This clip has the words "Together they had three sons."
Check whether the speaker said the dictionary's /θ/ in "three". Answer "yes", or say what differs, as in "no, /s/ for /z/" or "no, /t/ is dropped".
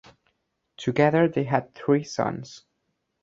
yes